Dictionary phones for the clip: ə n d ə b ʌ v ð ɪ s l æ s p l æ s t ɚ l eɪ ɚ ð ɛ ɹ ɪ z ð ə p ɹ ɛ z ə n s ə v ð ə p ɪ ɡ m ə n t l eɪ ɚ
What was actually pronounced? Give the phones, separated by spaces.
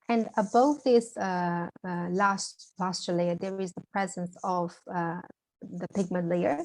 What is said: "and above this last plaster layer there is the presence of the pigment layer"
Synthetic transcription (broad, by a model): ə n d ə b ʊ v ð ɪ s l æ s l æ s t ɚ l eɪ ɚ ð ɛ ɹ ɪ z ð ə p ɹ ɛ z ə n s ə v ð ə p ɪ ɡ m ə n t l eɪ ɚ